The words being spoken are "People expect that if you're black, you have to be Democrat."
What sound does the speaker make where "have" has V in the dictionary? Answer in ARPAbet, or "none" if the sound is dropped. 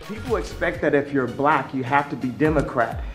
F